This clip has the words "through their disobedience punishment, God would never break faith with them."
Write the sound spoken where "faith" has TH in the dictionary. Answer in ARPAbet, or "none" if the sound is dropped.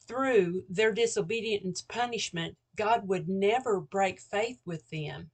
TH